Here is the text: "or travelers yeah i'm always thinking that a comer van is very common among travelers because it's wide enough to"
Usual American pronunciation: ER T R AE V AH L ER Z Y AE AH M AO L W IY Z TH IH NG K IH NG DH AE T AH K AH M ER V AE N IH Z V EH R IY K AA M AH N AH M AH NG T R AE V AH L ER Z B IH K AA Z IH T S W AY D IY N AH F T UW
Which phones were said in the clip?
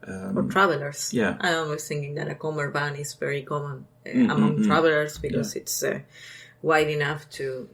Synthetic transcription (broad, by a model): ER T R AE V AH L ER S Y AE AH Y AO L W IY S TH IH NG K IH NG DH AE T AH K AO M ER B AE N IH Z V EH R IY K AA M AH N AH M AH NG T R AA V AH L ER S B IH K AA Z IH T S W AY D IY N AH F T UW